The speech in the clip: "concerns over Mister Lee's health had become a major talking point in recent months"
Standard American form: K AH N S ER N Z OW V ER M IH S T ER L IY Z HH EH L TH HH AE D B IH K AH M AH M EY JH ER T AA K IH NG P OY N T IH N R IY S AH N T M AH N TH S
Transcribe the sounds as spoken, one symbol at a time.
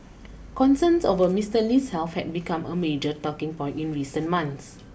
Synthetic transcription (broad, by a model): K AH N S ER N S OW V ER M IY S T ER L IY S HH EH L F HH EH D B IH K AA M AH M EY JH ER T AA K IH NG P OY N T IH N R IY S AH N M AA N S